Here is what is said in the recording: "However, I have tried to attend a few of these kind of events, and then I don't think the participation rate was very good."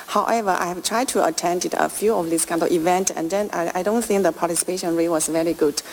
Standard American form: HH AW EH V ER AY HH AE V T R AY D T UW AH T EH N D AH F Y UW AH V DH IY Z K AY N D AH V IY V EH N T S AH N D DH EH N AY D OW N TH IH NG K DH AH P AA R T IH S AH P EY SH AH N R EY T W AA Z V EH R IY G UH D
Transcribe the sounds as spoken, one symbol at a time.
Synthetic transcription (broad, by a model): HH AW EH V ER AY HH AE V T R AY D T UW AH T EH N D AH F Y UW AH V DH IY S K AY N D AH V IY V EH N T AH N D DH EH N AY D OW N TH IH NG K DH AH P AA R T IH S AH P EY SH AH N R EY W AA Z V EH R IY G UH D